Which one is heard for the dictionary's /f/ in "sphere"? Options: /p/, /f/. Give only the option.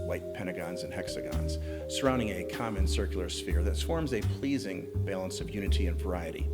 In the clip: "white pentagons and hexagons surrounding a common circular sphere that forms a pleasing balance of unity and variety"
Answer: /f/